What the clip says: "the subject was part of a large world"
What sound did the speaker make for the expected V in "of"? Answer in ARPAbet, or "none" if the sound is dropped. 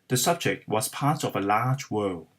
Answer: V